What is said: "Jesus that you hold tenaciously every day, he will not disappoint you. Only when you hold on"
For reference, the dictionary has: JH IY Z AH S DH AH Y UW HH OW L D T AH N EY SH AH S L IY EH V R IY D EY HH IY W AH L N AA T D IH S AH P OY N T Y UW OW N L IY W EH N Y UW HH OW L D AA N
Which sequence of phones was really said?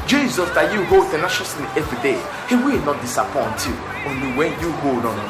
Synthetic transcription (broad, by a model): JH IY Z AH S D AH Y UW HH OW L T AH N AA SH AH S N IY EH V R IY D EY HH IY W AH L N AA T D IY S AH P OY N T Y UW OW N L IY W EH N Y UW HH OW L D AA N